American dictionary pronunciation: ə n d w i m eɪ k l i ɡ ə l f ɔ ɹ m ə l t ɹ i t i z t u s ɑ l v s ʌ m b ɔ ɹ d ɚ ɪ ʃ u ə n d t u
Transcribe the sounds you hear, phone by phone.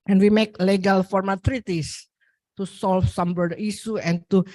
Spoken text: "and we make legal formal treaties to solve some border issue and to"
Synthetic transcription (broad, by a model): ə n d w i m eɪ k l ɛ ɡ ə l f ɔ ɹ m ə t ɹ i t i s t u s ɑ l f s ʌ m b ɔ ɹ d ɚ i s u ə n t u